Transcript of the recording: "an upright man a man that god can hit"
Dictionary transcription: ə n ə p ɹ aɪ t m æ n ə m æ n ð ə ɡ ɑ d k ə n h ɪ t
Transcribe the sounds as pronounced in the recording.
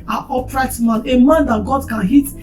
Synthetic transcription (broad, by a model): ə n ə p ɹ aɪ t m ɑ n ə m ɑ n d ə ɡ ɑ d k ə n h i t